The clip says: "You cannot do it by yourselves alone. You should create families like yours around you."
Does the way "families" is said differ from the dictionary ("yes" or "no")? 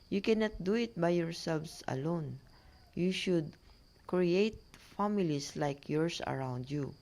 yes